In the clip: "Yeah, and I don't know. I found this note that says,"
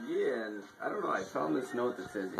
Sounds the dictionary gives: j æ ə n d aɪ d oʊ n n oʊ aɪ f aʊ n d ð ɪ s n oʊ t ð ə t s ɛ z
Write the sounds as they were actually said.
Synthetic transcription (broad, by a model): j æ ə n aɪ d oʊ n n oʊ aɪ p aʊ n ð ɪ s n oʊ t ð ə t s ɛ z